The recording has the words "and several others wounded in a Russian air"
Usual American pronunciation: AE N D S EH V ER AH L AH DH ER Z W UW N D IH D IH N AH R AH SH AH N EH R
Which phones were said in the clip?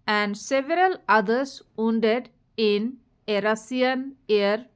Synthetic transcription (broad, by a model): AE N D S EH V ER AH L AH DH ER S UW N D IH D IH N AH R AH S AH N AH R